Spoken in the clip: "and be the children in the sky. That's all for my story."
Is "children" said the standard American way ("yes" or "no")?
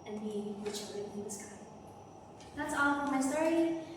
no